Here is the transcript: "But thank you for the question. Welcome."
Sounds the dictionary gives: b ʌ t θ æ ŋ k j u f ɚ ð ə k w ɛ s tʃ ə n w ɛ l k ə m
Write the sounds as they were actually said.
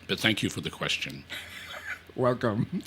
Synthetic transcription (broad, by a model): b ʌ t θ æ ŋ k j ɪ f ɚ ð ə k w ɛ s tʃ ə n w ɛ l k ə m